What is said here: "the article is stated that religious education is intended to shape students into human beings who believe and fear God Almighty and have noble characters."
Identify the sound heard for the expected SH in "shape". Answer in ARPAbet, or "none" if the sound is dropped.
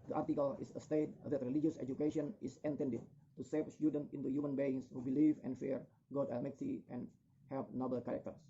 S